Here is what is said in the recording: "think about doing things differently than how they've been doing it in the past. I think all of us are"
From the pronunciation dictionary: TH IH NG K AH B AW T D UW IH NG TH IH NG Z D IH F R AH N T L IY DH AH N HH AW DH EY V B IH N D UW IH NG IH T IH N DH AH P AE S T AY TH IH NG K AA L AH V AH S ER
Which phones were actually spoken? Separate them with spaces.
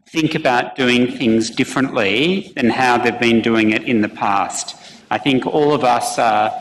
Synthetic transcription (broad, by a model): TH IH NG K AH B AW T D UW IH NG TH IH NG Z D IH F R AH N T L IY DH AH N HH AW DH EY V B IH N D UW IH NG IH T IH N DH AH P AE S T AY TH IH NG K AA L AH V AH S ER